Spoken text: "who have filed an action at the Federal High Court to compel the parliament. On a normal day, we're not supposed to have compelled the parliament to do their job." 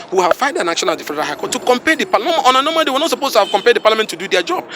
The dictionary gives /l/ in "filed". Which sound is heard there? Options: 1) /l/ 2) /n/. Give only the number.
2